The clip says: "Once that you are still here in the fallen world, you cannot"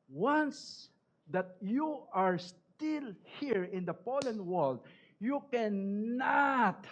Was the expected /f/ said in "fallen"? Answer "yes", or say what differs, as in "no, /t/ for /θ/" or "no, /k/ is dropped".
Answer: no, /p/ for /f/